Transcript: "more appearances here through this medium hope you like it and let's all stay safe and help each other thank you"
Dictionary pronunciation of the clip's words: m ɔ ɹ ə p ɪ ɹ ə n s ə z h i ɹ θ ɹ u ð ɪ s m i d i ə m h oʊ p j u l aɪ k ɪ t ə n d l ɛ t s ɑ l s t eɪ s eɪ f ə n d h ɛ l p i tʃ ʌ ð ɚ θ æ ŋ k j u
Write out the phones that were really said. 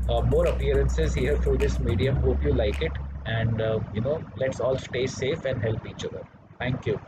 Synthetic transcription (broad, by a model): m ɔ ɹ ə p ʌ ɹ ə n s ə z h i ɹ t ɹ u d ɪ s m i d i ə m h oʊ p j u l aɪ k ɪ t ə n d l ɛ t s ɑ l s t eɪ s eɪ f ə n d h ɛ l p i tʃ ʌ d ɚ t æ ŋ k j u